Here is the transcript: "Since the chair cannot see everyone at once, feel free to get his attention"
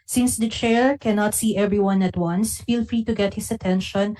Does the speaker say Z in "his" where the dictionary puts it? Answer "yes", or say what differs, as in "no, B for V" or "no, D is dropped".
no, S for Z